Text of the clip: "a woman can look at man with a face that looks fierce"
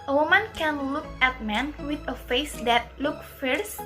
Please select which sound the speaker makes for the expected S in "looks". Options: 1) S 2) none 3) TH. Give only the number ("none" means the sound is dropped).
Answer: 2